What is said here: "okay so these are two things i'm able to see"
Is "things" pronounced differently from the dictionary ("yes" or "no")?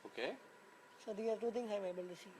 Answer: yes